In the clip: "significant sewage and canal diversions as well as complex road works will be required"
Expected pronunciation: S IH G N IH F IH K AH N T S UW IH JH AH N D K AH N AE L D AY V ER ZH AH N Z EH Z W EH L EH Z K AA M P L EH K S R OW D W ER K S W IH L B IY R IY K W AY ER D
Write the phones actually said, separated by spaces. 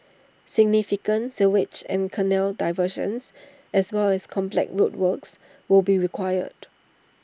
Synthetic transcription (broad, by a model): S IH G N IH F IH K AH N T S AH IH CH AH N K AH N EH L D AY V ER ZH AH N S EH S W EH L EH S K AA M P L EH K R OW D W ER K S W IH L B IY R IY K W AY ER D